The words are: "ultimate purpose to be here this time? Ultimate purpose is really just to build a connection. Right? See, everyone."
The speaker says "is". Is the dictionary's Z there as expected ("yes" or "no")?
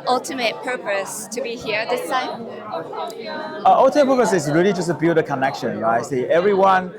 no